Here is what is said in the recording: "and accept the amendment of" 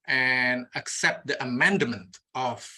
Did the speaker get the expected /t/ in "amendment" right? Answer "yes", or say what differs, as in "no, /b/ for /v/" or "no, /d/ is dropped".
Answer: yes